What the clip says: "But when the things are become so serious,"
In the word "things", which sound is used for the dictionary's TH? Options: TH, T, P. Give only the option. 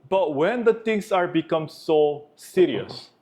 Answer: T